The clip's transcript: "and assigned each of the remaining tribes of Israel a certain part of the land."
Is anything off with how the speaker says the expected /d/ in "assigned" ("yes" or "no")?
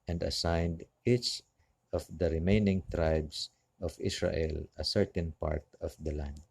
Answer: no